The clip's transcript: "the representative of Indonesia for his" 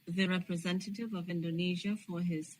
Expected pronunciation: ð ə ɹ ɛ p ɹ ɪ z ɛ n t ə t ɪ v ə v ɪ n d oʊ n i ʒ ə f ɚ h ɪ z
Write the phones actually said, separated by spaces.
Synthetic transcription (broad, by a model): ð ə ɹ ɛ p ɹ ɪ z ɛ n t ə t ɪ v ə v ɪ n d oʊ n i ʒ ə f ɚ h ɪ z